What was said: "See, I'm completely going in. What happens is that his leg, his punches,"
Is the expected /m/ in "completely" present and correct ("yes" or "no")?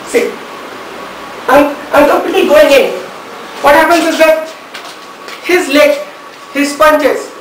no